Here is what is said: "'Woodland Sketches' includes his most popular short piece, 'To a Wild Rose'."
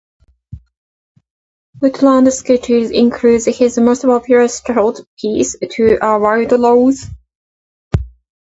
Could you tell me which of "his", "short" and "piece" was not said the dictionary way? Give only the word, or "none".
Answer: short